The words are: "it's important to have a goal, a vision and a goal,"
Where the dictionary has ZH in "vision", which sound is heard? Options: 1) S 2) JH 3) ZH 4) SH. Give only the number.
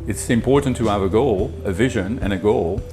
3